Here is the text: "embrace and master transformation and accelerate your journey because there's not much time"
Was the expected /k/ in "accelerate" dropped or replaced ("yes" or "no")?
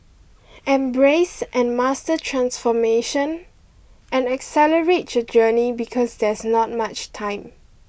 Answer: no